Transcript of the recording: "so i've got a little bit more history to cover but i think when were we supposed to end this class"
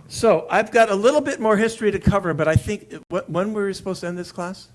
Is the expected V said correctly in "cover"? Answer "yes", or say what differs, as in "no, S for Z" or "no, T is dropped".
yes